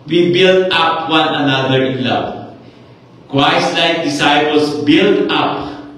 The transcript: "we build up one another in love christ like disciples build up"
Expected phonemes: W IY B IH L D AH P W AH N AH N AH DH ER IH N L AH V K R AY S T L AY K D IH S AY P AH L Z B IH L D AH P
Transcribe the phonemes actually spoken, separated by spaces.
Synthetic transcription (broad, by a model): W IY B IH L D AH P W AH N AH N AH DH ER IH N L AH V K W AY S L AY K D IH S AY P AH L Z B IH L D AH P